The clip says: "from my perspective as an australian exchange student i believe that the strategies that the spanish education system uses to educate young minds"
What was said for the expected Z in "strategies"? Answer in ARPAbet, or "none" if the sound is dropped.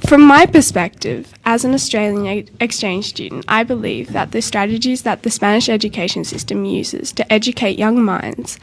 Z